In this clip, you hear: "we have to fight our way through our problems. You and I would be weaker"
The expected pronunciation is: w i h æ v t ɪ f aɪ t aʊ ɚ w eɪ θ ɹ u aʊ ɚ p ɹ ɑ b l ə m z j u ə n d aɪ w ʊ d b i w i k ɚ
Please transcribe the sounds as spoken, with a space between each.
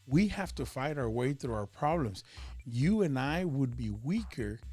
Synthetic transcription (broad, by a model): w i h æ f t ɪ f aɪ t aʊ ɚ w eɪ θ ɹ u aʊ ɚ p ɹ ɑ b l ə m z j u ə n aɪ w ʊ d b i w i k ɚ